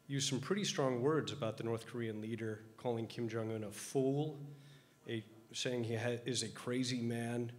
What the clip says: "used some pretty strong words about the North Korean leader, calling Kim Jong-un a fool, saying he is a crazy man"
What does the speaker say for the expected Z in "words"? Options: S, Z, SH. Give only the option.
Z